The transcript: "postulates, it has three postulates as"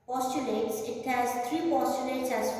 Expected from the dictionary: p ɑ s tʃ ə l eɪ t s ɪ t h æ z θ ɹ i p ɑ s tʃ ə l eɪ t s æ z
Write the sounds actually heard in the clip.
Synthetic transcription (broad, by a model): p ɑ s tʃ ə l eɪ t s ɪ t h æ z t ɹ i p ɑ s tʃ ə l eɪ t s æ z